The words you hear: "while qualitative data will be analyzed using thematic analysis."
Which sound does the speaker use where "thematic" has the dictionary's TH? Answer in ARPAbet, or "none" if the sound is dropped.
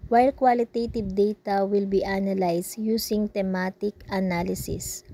T